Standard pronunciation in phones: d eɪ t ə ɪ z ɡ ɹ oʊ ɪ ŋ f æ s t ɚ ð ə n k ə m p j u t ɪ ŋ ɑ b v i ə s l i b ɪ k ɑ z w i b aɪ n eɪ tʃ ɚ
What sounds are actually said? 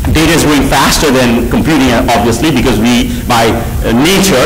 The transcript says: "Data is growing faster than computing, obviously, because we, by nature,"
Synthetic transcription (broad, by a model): d eɪ t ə ɪ z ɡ oʊ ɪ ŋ f æ s t ɚ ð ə n k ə m p j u t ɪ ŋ ɑ b v i ə s l i b ɪ k ɑ z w i b aɪ n eɪ tʃ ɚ